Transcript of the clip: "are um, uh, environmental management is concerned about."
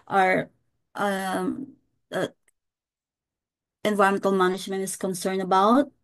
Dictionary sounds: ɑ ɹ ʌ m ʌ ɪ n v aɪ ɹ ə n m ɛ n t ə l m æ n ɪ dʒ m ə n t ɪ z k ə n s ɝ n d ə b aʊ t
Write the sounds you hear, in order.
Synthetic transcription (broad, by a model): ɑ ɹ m ʌ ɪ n v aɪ ə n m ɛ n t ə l m æ n ɪ dʒ m ə n t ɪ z k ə n s ɝ n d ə b aʊ t